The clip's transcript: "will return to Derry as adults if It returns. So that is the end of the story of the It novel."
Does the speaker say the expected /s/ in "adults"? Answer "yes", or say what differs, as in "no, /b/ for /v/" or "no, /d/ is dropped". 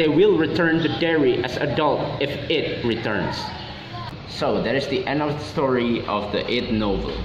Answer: no, /s/ is dropped